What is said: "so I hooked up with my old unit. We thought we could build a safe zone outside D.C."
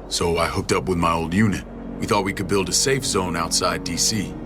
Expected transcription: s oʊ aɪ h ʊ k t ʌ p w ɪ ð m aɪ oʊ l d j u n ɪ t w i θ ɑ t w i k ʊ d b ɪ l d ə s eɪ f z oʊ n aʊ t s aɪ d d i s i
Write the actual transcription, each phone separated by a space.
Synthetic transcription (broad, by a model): s oʊ aɪ h ʊ k t ʌ p w ɪ ð m aɪ oʊ l d j u n ɪ t w i θ ɑ t w i k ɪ d b ɪ l d ə s eɪ f z oʊ n aʊ t s aɪ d d i s i